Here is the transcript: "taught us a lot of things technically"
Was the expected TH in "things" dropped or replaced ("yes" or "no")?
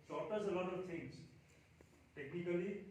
yes